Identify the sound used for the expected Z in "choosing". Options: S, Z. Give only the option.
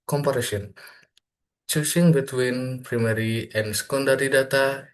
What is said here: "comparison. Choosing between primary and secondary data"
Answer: S